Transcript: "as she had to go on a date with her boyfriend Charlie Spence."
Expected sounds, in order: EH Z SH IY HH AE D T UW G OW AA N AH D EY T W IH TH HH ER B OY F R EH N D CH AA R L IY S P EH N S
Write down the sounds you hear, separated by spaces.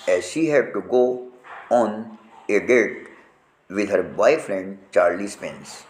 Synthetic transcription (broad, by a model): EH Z SH IY HH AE D T UW G OW AA N AH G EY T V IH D HH ER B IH F R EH N D CH AA R L IY S P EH N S